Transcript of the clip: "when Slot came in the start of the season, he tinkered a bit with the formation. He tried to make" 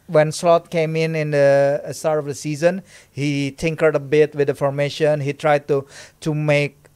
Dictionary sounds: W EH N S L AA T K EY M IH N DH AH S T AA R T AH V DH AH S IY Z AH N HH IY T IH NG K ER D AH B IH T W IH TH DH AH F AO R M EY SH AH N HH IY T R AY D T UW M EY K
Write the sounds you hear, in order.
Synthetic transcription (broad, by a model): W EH N S L AA T K EY M IH N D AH S T AA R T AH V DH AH S IY Z AH N HH IY T IH NG K ER D AH B IH T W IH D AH F AO R M EY SH AH N HH IY T R AY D T UW M EY K